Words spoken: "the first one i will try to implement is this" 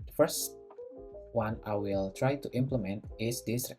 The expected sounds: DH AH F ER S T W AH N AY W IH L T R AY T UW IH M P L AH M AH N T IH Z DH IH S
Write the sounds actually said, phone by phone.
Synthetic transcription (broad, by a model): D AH F ER S T W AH N AY W IH L T R AY T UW IH M P L AH M AH N T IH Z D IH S